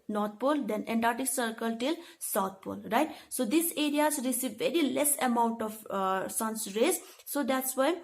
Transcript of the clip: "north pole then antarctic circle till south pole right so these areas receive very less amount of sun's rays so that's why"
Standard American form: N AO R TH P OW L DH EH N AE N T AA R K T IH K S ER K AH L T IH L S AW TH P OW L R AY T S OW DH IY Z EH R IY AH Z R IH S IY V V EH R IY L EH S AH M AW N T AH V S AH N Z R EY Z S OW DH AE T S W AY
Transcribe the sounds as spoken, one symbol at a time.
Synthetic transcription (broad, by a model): N AO R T P OW L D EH N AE N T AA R T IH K S ER K AH L T IH L S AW T P OW L R AY T S OW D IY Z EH R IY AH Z R IH S IY V V EH R IY L EH S AH M AW N T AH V S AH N S R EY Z S OW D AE T S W AY